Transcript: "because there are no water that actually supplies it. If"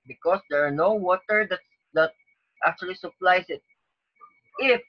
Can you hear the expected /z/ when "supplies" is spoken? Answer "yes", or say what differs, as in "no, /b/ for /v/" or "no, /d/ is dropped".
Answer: no, /s/ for /z/